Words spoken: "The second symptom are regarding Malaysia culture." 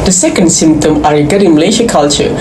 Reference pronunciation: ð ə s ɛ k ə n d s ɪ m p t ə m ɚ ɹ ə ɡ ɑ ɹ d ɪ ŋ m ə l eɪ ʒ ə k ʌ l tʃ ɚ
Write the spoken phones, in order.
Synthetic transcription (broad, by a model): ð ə s ɛ k ə n d s ɪ m p t ə m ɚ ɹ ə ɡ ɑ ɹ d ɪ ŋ m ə l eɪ ʃ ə k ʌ l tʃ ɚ